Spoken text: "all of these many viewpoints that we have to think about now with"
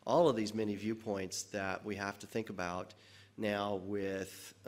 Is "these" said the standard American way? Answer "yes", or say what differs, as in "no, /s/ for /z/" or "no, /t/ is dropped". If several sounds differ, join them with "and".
yes